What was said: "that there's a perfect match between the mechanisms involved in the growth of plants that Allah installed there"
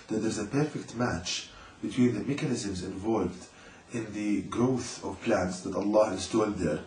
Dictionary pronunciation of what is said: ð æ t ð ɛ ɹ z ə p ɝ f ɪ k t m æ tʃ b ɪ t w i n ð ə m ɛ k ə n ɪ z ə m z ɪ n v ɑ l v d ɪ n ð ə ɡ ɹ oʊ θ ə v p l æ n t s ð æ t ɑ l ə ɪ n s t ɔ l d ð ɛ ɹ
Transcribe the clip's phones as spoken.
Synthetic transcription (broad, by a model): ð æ t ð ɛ ɹ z ə p ɝ f ɪ k t m æ tʃ b ɪ t w i n ð ə m ɛ k ə n ɪ z ə m z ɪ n v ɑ l v d ɪ n ð ə ɡ ɹ oʊ θ ə v p l æ n t s ð æ t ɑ l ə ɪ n s t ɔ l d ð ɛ ɹ